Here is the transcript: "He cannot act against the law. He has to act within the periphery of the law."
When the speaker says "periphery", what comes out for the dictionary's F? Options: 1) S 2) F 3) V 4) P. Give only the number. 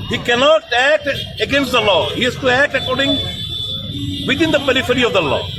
2